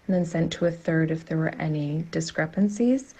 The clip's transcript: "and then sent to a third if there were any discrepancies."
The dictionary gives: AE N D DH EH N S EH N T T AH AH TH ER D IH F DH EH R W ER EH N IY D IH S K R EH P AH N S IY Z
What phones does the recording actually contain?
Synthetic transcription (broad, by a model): N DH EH N S EH N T T AH AH TH ER D IH F DH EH R W ER EH N IY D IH S K R EH P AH N S IY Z